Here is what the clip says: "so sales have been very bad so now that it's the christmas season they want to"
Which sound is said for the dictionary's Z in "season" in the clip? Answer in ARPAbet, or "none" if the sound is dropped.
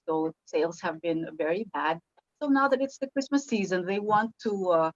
Z